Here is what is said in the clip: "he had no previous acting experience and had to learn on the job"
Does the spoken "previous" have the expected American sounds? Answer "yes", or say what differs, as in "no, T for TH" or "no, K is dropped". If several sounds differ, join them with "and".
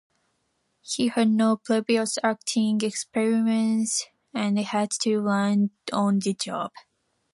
no, L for R and B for V